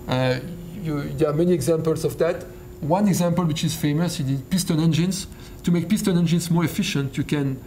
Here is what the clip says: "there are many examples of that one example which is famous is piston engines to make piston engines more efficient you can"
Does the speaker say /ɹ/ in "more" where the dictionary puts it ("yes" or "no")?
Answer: yes